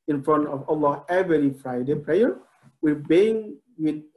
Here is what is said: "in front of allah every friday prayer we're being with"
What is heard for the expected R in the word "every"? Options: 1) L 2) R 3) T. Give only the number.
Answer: 1